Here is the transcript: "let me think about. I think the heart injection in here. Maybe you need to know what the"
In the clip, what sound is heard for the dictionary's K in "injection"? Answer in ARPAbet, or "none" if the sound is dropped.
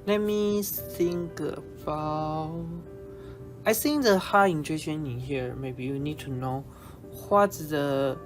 none